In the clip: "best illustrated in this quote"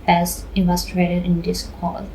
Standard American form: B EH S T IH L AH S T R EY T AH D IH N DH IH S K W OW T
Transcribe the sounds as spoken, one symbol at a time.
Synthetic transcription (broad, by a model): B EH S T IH AH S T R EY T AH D IH N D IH S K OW